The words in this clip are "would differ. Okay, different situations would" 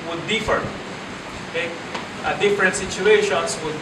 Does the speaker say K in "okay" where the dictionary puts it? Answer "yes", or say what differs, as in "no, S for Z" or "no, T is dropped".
no, K is dropped